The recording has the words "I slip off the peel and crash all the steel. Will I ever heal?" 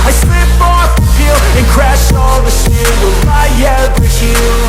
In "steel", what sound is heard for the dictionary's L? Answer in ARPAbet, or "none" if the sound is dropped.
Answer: N